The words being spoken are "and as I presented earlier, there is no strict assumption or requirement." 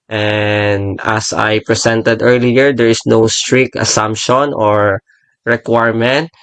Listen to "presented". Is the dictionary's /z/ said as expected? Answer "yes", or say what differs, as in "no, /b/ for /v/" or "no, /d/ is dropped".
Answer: no, /s/ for /z/